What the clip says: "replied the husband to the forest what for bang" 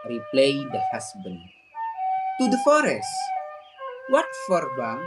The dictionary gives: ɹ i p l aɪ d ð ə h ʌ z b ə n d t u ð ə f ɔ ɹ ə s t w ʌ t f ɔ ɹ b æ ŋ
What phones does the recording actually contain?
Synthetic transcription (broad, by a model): ɹ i p l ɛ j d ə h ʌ s b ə n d t u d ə f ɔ ɹ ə s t w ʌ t f ɔ ɹ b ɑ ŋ